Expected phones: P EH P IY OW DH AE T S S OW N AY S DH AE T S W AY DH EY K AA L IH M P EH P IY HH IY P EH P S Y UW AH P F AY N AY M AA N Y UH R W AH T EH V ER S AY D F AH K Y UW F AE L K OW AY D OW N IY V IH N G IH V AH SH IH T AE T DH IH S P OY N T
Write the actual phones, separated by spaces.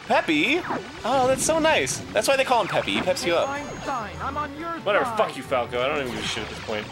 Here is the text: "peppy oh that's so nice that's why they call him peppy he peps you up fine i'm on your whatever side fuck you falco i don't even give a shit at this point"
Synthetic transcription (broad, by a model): P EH P IY OW DH AE T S S OW N AY S DH AE T S W AY DH EY K AA L IH M P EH P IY IY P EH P S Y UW AH P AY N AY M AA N W AH T EH V ER F AH K Y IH F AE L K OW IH D OW N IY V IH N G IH AH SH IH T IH T DH IH S P OY N T